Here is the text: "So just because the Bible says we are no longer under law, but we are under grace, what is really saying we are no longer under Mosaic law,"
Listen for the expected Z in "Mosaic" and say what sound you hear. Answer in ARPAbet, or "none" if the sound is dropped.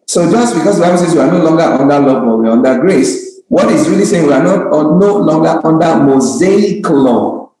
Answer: Z